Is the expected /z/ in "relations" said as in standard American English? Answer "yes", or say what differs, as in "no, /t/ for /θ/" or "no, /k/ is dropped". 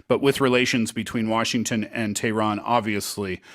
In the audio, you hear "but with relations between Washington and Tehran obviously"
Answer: yes